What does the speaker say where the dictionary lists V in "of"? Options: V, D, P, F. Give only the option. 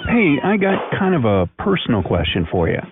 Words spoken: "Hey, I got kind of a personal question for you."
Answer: V